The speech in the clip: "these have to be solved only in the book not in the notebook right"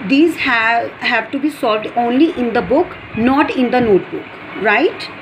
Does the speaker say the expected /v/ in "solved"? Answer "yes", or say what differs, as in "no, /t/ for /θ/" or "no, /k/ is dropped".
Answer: yes